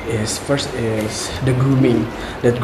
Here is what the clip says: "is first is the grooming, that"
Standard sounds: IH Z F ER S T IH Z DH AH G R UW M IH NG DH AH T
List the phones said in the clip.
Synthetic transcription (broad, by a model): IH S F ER S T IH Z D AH G UW M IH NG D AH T